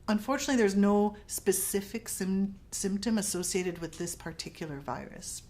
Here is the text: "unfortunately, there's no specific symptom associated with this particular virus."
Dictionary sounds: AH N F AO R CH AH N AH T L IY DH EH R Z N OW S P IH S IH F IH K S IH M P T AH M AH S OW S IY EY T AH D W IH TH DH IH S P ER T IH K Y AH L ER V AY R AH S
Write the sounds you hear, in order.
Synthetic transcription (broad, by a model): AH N F AO R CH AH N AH T L IY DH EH R Z N OW S P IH S IH F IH K S IH M P T AH M AH S OW S IY EY T AH D W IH DH IH S P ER T IH K Y L ER V AY R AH S